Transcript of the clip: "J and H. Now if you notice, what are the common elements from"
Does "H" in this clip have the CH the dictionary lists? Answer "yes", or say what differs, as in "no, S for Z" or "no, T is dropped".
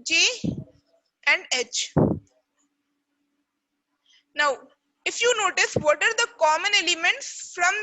yes